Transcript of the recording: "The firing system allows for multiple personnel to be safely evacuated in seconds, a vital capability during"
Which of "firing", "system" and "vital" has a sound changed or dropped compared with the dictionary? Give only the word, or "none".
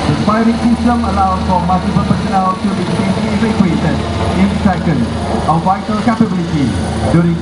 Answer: firing